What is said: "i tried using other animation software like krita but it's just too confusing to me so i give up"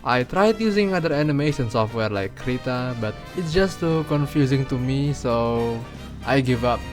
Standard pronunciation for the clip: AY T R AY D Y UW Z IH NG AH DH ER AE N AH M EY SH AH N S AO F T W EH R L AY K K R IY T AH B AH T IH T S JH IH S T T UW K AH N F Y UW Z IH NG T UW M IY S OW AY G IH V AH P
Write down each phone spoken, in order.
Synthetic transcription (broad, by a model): AY T R AY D Y UW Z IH NG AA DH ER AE N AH M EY S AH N S AO F T W EH R L AY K K R IY T AH B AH T IH T S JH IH S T T UW K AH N F Y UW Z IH NG T UW M IY S OW AY G IH V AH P